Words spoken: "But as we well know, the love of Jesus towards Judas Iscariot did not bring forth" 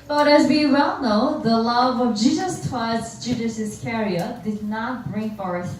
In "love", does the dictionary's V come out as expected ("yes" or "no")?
yes